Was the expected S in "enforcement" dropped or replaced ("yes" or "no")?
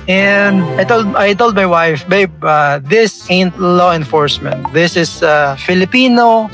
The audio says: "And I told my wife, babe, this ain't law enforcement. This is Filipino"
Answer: no